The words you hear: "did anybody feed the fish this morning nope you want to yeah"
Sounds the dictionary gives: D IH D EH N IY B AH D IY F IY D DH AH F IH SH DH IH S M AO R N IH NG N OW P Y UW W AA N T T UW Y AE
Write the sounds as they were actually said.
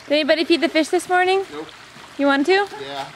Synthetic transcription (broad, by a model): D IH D EH N IY B AH D IY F IY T DH AH F IH SH DH IH S M AO R N IH NG Y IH W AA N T T UW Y